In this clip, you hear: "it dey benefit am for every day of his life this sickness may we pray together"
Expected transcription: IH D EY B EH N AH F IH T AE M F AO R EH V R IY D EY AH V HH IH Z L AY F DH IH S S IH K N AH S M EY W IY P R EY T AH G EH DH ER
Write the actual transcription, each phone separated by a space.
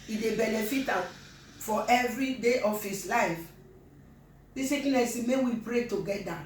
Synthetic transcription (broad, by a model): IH D EY B EH N AH F IH T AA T F AO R EH V R IY D EY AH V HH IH S L AY F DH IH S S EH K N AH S M EY W IY P R EY T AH G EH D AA